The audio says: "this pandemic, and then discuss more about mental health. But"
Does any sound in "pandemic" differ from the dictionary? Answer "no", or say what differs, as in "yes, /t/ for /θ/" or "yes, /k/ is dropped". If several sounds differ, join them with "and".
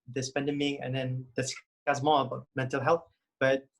yes, /k/ is dropped